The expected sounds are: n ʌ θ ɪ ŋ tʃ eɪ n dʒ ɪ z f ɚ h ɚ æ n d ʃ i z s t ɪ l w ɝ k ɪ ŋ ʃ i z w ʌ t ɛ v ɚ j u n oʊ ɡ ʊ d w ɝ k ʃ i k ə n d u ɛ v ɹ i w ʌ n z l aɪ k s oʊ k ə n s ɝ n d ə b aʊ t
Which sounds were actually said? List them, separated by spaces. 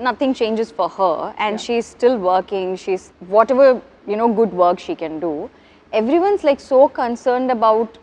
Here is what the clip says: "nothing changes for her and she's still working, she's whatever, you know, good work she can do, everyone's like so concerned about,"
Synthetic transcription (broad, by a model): n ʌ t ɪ ŋ tʃ eɪ n dʒ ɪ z f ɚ h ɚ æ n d ʃ i z s t ɪ l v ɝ k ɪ ŋ ʃ i z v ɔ t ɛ v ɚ j u n oʊ ɡ ʊ d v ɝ k ʃ i k ə n d u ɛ v ɹ i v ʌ n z l aɪ k s oʊ k ə n s ɝ n d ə b aʊ t